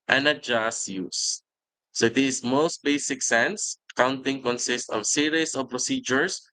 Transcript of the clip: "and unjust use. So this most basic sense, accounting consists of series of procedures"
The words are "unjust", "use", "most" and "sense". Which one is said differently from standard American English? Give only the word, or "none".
unjust